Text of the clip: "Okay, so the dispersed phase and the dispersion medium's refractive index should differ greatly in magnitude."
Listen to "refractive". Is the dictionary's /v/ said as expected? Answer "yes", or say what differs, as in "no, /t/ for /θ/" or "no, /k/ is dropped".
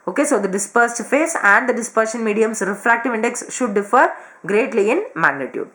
yes